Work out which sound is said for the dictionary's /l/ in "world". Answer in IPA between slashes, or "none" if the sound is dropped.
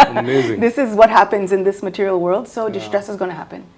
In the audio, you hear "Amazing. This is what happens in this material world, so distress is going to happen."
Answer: /l/